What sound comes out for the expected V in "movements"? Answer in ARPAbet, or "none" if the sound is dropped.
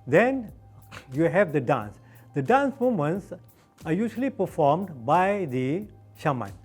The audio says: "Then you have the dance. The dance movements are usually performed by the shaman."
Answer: none